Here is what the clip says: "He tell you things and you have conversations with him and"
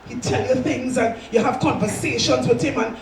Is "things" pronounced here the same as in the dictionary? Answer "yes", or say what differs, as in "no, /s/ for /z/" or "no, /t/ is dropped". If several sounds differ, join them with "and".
yes